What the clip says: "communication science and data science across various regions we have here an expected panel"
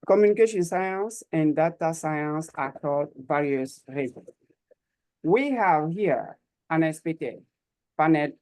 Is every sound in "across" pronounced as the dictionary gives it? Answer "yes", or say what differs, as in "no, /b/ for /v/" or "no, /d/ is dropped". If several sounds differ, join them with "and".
no, /ɹ/ is dropped